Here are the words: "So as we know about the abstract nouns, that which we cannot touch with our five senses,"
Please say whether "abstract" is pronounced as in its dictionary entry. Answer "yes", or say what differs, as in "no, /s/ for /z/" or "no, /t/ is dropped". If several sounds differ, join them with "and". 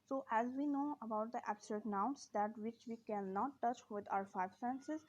no, /ɹ/ is dropped